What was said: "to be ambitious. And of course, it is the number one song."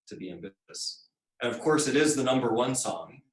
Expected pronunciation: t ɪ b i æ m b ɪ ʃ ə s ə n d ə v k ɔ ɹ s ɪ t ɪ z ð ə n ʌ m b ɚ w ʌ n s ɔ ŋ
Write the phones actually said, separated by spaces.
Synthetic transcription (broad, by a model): t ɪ b i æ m b ɪ ə s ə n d ə v k ɔ ɹ s ɪ t ɪ z ð ə n ʌ m b ɚ w ʌ n s ɔ ŋ